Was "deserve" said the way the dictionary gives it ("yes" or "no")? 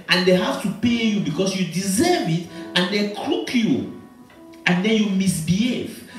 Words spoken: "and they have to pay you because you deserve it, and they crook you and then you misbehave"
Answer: yes